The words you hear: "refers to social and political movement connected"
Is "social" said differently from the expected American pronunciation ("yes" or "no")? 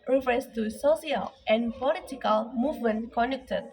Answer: yes